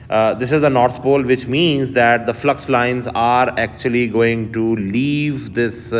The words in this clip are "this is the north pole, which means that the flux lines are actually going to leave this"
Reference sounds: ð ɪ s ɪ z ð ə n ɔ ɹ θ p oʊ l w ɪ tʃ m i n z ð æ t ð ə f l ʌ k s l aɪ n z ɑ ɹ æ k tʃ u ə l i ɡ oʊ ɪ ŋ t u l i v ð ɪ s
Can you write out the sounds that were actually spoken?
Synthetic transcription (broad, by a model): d ɪ s ɪ z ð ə n ɔ ɹ t p oʊ l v ɪ tʃ m i n z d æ t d ə f l ʌ k s l aɪ n z ɑ ɹ æ k tʃ u ə l i ɡ oʊ ɪ ŋ t u l i v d ɪ s